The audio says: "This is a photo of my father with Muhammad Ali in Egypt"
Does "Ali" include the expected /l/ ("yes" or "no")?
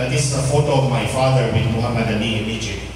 no